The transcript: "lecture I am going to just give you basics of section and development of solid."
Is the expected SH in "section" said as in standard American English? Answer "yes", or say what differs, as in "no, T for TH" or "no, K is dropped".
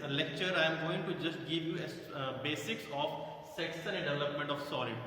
no, S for SH